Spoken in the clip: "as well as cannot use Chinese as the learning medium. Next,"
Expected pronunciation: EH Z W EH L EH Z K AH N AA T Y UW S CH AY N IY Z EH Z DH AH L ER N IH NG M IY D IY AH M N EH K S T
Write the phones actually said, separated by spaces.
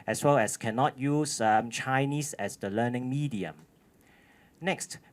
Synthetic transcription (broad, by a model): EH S W EH L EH S K AH N AA T Y UW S CH AY N IY S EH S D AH L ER N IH NG M IY D IY AH M N EH K S T